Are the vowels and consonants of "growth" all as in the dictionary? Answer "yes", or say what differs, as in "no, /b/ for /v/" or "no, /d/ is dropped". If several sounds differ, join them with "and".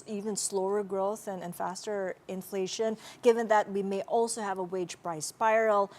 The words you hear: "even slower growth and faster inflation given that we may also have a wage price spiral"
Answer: yes